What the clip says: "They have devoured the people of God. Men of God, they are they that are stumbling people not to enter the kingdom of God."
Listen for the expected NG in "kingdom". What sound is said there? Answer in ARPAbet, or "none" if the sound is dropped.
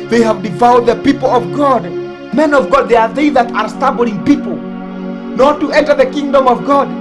NG